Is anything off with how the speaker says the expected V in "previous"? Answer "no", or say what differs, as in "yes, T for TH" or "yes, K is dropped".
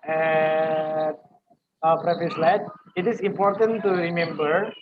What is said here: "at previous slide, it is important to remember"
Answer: yes, F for V